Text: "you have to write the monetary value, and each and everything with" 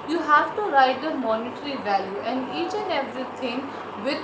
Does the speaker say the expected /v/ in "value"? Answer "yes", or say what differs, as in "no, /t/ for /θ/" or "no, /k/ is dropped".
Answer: yes